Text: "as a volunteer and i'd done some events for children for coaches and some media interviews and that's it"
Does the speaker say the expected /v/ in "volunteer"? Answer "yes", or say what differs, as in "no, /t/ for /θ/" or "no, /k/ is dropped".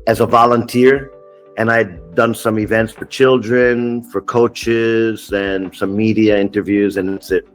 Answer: yes